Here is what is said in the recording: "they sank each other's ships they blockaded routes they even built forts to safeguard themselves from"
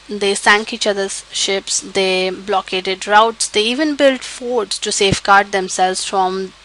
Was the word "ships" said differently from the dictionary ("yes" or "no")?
no